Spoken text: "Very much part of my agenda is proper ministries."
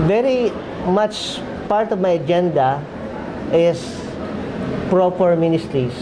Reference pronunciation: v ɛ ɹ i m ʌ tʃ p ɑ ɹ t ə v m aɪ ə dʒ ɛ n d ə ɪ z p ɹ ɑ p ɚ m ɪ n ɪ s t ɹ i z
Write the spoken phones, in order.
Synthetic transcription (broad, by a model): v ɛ ɹ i m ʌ tʃ p ɑ ɹ t ə v m aɪ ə dʒ ɛ n d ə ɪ s p ɹ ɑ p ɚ m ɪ n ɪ s t ɹ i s